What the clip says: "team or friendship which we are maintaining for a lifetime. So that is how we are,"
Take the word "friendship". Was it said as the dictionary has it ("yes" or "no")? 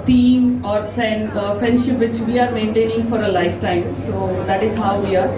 yes